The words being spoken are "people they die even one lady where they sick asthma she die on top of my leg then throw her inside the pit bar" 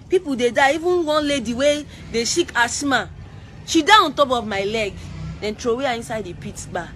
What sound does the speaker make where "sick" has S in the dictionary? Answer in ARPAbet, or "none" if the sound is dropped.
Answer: SH